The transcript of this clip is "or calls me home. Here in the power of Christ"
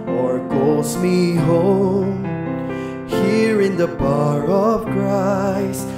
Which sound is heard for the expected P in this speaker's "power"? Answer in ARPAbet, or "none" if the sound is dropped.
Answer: B